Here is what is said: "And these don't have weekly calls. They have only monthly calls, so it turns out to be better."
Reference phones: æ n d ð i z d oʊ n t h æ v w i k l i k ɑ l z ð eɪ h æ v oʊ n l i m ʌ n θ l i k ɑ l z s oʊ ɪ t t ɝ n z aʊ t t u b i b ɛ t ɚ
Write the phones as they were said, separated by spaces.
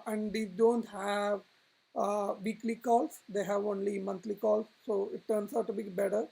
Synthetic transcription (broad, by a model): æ n d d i d oʊ n t h æ v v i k l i k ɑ l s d eɪ h æ v oʊ n l i m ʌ n t l i k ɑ l s oʊ ɪ t t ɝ n s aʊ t t u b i b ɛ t ɚ